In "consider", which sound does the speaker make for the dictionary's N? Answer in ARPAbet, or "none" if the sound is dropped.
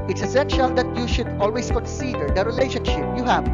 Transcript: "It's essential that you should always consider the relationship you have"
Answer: none